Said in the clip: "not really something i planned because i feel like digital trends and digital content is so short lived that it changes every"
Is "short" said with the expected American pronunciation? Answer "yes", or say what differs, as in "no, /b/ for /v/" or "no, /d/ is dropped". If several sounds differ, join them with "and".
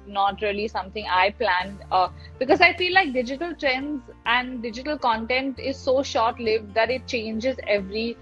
yes